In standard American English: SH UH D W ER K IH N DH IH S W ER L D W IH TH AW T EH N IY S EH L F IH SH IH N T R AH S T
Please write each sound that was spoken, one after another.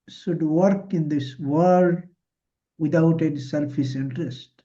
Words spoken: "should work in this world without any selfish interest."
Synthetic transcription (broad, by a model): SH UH D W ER K IH N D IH S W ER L D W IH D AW T EH N IY S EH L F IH S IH N T R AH S T